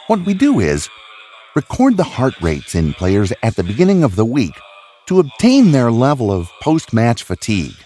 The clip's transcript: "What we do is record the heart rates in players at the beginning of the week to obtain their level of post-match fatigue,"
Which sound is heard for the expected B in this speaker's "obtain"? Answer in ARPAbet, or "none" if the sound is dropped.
B